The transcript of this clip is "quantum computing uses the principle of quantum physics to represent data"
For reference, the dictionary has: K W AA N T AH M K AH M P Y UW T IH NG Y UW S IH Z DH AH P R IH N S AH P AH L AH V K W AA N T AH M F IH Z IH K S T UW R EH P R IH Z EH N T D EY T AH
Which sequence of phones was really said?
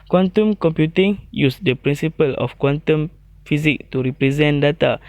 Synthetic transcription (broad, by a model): K W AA N T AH M K AH M P Y UW T IH NG Y UW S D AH P R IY N S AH P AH L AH F K W AA N T AH M F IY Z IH K T UW R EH P R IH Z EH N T D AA T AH